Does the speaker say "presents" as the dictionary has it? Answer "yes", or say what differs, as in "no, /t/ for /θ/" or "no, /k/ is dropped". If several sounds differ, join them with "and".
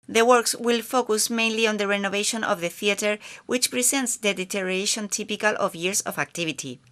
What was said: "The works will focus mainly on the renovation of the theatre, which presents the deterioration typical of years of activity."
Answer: no, /s/ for /z/